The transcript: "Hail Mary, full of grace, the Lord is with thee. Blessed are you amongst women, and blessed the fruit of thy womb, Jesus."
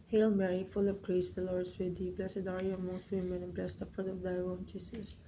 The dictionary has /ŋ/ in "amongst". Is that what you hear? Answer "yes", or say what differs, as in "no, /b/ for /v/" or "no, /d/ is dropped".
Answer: no, /ŋ/ is dropped